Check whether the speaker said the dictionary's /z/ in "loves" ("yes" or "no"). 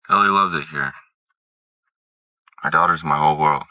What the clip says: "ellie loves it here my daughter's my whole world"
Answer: yes